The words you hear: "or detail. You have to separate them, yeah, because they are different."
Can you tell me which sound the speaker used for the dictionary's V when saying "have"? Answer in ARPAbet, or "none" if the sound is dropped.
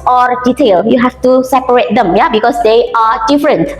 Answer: F